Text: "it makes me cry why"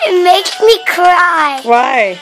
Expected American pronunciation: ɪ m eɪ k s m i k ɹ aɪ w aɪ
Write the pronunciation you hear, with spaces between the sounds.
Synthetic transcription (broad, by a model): m eɪ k m i k ɹ aɪ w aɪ